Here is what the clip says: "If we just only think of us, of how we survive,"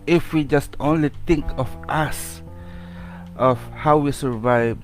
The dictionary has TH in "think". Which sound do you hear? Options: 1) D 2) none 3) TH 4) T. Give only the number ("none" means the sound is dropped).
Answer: 4